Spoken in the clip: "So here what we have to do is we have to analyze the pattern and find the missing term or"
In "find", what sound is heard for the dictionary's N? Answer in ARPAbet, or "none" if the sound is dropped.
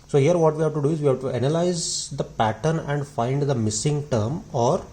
N